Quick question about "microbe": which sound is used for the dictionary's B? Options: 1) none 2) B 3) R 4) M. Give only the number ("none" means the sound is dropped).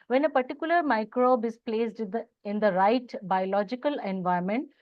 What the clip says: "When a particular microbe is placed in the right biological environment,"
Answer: 2